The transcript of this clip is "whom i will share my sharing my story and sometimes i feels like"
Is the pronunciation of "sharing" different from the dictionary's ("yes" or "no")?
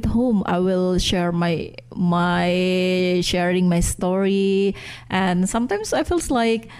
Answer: no